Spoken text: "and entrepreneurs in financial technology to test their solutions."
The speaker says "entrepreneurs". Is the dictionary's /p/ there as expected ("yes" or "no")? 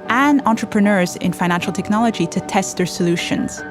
yes